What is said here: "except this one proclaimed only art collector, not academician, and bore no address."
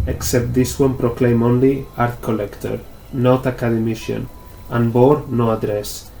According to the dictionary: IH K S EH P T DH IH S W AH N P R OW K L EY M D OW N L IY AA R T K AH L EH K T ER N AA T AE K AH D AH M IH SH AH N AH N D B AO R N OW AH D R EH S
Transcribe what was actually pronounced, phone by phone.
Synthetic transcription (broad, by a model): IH K S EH P T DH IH S W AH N P R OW K L EY M OW N L IY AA R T K AH L EH K T ER N AA T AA K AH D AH M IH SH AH N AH N B AO R N OW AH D R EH S